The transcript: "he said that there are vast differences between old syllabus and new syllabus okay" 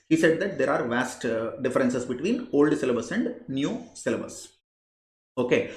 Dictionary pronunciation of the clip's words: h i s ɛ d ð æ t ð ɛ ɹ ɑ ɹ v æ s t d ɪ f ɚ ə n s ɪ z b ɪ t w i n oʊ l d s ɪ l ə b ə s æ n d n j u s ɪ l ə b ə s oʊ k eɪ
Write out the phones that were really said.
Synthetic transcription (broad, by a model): h i s ɛ d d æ t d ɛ ɹ ɑ ɹ v æ s t d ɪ f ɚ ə n s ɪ s b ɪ t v i n oʊ l d s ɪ l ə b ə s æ n d n j u s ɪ l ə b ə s oʊ k eɪ